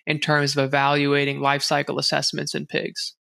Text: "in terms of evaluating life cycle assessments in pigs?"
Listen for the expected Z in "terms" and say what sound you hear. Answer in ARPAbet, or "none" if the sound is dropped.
Z